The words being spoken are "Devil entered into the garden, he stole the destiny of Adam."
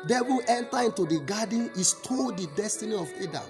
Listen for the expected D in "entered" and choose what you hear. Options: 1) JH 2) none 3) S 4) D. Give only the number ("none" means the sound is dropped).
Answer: 2